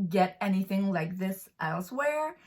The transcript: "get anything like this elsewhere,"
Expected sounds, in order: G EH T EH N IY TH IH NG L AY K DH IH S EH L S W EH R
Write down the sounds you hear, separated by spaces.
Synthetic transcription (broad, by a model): G EH T EH N IY TH IH NG L AY K DH IH S EH L S W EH R